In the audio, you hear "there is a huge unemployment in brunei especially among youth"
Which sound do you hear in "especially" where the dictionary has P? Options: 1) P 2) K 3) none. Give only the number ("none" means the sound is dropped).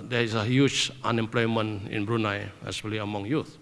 3